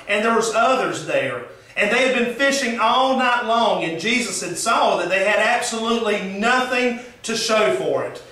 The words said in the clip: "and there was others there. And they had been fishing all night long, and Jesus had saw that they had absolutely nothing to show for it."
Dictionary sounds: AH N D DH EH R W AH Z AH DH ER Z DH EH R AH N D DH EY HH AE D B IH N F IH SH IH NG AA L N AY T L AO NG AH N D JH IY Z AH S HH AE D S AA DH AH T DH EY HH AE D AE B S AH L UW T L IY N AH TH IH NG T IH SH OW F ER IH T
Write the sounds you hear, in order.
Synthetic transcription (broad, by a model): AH N DH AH R W AH Z AH DH ER Z DH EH R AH N DH EY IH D B IH N F IH SH IH NG AA L N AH T L AO NG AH N JH IY Z AH S HH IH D S AA DH AH T DH EY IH D AE B S AH L UW T L IY N AH TH IH NG T IH SH OW F ER IH T